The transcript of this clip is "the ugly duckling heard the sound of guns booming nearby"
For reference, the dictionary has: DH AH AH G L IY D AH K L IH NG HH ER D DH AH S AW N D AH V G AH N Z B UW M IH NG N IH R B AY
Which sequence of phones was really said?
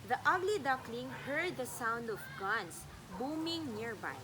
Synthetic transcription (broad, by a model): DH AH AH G L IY D AH K L IH NG HH ER D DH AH S AW N D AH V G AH N S B UW M IH NG N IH R B AY